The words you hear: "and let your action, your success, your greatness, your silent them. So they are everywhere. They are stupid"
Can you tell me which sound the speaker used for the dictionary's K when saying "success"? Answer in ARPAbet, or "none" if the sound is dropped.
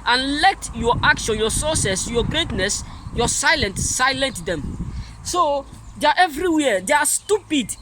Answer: none